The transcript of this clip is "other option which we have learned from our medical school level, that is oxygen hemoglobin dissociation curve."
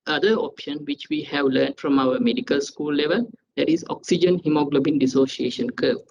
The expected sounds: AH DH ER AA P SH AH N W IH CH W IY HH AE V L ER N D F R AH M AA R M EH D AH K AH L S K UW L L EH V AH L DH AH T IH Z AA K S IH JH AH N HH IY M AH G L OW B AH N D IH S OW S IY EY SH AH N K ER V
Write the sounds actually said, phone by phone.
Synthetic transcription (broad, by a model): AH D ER AA P SH AH N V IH CH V IY HH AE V L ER N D F R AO M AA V M EH D AH K AH L S K UW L L EH V AH L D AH T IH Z AA K S IH JH AH N HH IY M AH G L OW B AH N D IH S OW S IY EY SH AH N K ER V